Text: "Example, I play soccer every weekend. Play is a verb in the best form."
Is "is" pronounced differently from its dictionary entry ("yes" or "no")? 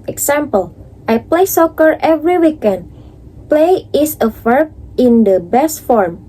yes